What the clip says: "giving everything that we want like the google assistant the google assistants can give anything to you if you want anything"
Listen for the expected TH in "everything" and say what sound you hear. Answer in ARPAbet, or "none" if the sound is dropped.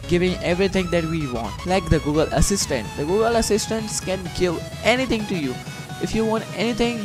T